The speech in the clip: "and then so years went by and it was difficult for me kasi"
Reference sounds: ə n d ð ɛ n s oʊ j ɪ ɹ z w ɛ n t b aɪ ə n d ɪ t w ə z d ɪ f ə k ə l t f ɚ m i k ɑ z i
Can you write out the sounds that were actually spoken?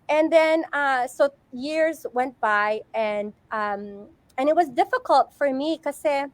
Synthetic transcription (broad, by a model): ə n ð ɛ n s oʊ j ɪ ɹ z w ɛ n t b aɪ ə n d ɪ t w ə z d ɪ f ə k ə l t f ɚ m i k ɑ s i